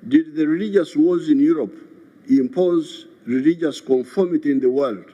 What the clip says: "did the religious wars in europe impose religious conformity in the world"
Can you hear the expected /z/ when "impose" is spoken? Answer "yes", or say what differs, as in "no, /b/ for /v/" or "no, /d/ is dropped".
yes